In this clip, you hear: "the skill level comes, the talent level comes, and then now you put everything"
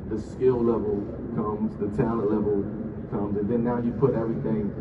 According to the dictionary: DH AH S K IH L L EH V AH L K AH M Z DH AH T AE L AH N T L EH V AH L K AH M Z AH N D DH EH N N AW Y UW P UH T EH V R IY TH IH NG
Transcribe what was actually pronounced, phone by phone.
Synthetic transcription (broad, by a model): DH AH S K IH L L EH V AH L K AH M Z DH AH T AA AH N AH L EH V AH L K AH M Z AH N DH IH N N AW Y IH P UH T EH V R IY TH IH NG